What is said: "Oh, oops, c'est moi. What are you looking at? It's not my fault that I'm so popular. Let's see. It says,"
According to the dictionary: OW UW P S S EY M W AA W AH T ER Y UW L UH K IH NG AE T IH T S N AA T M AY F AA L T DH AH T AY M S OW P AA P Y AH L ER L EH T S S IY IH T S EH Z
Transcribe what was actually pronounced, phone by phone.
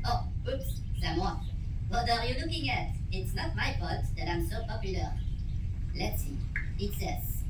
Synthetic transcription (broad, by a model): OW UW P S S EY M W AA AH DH ER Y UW L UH K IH NG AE T IH T S N AA T M AY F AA T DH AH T AY M S OW P AA P Y AH L ER L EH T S S IY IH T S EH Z